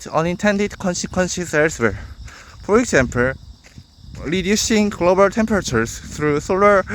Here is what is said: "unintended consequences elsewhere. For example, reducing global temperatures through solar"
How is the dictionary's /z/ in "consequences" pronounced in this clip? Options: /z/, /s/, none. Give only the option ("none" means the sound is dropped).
/s/